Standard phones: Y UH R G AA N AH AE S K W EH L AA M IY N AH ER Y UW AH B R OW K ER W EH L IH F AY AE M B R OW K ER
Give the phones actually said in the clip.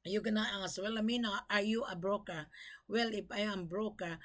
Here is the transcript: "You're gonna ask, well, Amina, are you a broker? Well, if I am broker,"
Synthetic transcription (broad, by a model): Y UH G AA N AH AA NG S W EH L AA M IY N AH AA Y UW AH B R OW K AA W EH L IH P AY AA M B R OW K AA